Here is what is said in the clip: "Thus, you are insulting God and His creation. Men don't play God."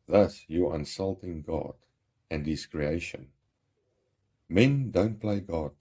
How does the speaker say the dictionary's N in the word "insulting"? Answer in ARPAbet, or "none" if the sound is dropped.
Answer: N